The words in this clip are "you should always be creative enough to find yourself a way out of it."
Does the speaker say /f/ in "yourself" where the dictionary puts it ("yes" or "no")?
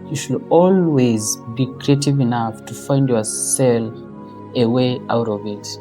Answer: no